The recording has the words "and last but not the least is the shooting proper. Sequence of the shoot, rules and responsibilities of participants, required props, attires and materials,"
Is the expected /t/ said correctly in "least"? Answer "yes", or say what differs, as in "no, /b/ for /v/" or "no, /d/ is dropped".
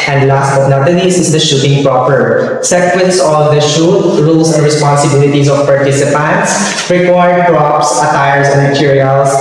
no, /t/ is dropped